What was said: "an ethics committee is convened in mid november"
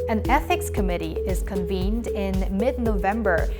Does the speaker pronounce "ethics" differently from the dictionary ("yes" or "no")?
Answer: no